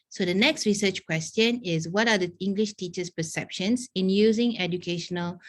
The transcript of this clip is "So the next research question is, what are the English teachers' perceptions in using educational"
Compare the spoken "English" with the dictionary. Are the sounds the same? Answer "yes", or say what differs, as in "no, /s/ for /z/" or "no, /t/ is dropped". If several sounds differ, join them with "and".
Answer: yes